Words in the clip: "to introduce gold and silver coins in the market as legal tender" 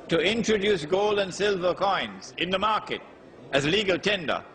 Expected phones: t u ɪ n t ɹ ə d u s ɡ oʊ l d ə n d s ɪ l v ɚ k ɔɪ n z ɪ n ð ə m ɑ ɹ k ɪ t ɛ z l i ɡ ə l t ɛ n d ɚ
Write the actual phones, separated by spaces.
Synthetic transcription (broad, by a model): t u ɪ n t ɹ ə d u s ɡ oʊ l d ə n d s ɪ l v ɚ k ɔɪ n z ɪ n ð ə m ɑ ɹ k ɪ t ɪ z l i ɡ ə l t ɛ n d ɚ